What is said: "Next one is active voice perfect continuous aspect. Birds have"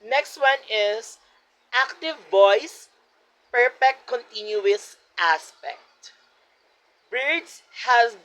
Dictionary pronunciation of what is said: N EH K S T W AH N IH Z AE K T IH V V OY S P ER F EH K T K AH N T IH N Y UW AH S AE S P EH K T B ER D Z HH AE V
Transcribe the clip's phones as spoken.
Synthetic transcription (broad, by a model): N EH K S T W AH N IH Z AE K T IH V V OY S P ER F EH K T K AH N T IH N Y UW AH S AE S P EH K T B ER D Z HH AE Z